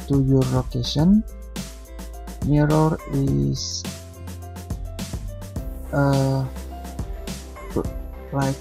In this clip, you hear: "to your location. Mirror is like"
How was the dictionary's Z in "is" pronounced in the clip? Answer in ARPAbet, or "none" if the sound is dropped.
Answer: S